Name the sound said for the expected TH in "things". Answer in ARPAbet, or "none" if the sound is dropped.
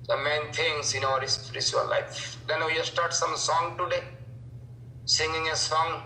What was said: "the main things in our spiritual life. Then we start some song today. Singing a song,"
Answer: T